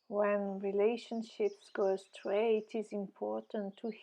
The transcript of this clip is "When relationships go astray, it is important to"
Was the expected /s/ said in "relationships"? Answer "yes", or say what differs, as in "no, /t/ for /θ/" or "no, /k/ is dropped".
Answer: yes